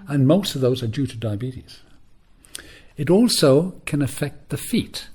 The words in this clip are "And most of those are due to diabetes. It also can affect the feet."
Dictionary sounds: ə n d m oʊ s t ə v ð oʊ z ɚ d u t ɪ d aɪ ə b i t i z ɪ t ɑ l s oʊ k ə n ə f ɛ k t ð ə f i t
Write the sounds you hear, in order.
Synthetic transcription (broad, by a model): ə n m oʊ s t ə v ð oʊ z ɚ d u t ɪ d aɪ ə b i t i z ɪ t ɑ l s oʊ k ə n ə f ɛ k t ð ə f i t